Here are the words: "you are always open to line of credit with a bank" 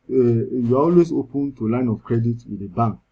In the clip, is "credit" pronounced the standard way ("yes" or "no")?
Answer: yes